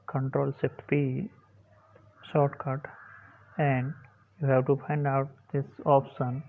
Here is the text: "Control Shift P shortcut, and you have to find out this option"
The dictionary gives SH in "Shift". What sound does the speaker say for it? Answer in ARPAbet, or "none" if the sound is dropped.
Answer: S